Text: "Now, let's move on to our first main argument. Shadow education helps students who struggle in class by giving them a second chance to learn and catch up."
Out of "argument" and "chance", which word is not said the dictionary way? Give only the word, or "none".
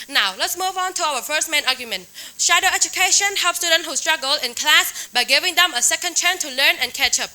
chance